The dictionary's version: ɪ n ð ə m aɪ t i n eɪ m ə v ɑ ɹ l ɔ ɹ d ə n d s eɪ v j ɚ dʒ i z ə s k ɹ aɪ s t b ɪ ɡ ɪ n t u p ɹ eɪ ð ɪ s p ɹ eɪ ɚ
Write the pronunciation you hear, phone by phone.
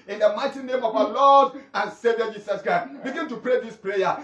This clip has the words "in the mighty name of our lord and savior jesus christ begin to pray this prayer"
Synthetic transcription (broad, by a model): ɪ n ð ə m aɪ t i n eɪ m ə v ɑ l ɔ d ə n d s eɪ v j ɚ dʒ i s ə s k ɹ aɪ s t b ɪ ɡ ɪ n t u p ɹ eɪ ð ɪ s p ɹ eɪ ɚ